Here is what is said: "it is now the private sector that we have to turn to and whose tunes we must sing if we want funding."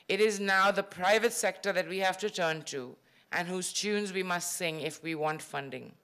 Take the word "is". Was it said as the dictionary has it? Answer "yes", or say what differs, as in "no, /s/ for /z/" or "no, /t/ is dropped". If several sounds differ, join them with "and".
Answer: yes